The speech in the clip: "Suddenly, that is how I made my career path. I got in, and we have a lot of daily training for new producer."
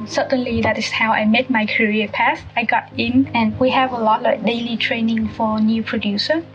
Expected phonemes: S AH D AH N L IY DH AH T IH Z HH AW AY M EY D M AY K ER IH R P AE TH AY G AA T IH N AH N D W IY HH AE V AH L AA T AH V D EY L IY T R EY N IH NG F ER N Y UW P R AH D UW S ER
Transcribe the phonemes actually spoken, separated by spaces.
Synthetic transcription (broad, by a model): S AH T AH N L IY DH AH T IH S HH AW AY M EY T M AY K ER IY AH P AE S AY G AA T IH N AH N W IY HH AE V AH L AA T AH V D EY L IY T R EY N IH NG F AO N Y UW P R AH D UW S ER